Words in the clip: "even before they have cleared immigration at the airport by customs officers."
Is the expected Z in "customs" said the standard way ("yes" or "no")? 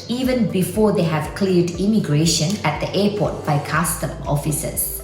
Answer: no